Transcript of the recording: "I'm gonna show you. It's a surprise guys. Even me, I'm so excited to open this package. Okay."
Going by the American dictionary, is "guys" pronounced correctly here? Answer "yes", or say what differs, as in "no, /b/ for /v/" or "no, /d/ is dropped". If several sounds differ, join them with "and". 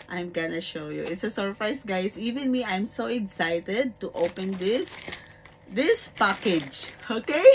no, /s/ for /z/